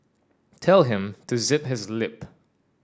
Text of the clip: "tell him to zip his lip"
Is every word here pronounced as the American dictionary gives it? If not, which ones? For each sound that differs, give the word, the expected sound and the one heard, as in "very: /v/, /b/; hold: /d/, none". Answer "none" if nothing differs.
none